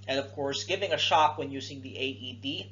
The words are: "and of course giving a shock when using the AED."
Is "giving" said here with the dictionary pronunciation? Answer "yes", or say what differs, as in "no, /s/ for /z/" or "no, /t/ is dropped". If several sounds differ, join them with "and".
yes